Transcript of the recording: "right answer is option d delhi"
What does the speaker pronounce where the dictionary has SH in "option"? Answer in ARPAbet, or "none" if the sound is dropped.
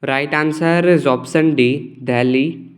S